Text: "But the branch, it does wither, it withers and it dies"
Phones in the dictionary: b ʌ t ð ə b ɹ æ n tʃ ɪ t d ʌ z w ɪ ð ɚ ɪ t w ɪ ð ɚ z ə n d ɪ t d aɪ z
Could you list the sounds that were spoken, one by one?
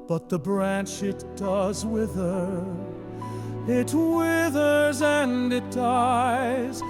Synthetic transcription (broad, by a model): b ʌ t ð ə b ɹ æ n tʃ ɪ t d ʌ z w ɪ ð ɚ ɪ t w ɪ ð ɚ z ə n d ɪ t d aɪ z